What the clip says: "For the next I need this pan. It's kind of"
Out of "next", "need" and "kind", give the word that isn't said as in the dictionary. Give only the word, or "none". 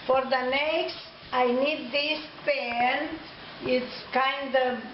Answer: none